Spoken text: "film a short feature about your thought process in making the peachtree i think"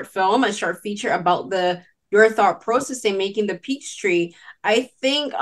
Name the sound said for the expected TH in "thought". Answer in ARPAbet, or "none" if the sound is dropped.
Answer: TH